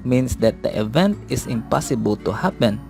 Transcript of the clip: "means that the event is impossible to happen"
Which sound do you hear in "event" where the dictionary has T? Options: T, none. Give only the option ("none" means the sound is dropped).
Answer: T